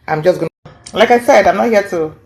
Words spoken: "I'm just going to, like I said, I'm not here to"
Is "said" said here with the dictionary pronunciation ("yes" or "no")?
yes